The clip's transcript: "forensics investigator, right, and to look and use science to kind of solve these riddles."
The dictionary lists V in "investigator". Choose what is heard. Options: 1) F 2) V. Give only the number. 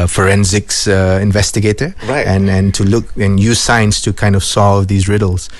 2